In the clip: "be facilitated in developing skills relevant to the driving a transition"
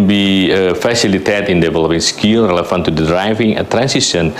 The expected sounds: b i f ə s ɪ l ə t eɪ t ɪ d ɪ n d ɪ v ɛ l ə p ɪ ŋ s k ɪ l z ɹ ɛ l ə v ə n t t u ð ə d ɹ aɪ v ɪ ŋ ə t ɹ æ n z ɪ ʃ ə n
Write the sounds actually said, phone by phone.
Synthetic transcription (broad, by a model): b i f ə s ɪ l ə t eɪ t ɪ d ɪ n d ɪ v ɛ l ə p ɪ ŋ s k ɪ l ɹ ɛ l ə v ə n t t u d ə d ɹ aɪ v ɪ ŋ ə t ɹ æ n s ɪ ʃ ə n